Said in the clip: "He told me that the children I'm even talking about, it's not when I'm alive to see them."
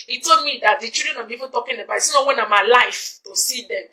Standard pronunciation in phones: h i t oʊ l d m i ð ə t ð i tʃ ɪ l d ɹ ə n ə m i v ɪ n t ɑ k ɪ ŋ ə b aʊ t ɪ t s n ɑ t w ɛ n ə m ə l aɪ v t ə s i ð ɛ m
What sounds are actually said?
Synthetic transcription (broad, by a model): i t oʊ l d m i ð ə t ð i tʃ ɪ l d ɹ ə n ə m i v ɪ n t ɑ k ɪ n ə b aʊ t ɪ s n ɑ w ɛ n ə m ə l aɪ f t ə s i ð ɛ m